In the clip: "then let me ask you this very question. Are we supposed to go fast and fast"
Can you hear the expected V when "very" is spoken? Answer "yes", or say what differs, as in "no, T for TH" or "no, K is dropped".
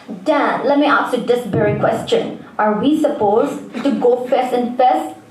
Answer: no, B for V